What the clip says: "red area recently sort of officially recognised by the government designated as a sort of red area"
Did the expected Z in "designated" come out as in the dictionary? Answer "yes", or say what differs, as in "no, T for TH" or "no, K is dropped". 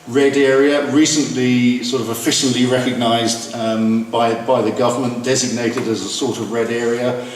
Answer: yes